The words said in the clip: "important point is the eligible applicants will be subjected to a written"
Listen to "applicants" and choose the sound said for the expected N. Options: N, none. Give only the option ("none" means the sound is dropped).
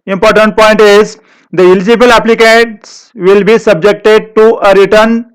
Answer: none